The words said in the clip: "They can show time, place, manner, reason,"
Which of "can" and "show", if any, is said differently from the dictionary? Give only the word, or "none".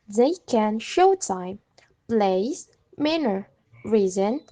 none